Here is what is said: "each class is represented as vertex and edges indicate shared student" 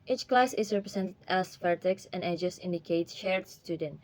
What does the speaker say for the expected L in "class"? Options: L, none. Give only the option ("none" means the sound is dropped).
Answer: L